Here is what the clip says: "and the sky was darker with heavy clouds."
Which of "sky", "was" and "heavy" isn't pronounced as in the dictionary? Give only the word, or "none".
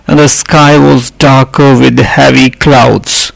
none